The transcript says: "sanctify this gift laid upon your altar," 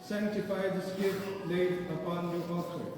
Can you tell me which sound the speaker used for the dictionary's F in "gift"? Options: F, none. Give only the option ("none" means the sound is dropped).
none